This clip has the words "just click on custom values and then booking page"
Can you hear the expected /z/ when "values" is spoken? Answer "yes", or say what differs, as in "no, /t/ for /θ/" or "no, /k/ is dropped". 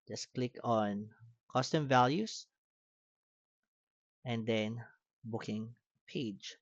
no, /s/ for /z/